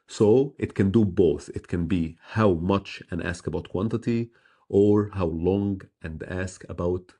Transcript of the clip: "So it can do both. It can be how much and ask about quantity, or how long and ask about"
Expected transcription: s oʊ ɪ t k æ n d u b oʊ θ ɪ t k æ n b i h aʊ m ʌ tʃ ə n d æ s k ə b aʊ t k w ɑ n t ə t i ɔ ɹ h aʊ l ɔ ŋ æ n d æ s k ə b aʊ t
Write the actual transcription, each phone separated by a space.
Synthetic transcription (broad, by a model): s oʊ ɪ t k æ n d u b oʊ θ ɪ t k æ n b i h aʊ m ʌ tʃ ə n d æ s k ə b aʊ t k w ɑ n t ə t i ɔ ɹ h aʊ l ɔ ŋ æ n d æ s k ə b aʊ t